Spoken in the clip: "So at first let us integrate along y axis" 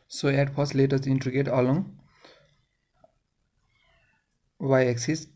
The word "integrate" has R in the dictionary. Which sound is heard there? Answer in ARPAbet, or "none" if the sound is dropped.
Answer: none